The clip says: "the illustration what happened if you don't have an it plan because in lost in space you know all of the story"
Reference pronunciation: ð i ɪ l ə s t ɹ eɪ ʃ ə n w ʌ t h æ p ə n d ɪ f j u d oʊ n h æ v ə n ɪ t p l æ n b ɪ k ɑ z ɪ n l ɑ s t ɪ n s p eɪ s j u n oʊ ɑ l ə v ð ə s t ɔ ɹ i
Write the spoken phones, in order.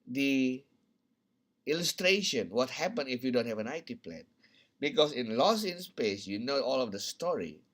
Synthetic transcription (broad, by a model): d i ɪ l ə s t ɹ eɪ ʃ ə n w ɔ t h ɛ p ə n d ɪ f j u d oʊ n h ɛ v ə n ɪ t p l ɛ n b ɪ k ɑ s ɪ n l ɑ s ɪ n s p eɪ s j u n oʊ ɑ l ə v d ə s t ɔ ɹ i